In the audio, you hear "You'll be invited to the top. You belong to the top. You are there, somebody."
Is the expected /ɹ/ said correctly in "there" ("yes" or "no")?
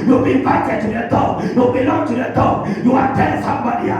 no